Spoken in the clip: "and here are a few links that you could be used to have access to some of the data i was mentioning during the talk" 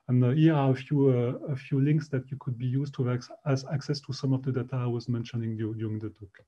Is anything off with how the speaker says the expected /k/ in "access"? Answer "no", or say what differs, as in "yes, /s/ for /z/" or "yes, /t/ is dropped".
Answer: no